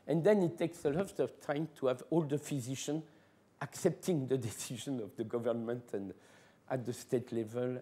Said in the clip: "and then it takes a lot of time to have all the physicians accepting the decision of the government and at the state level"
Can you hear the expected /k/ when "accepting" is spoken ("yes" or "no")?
yes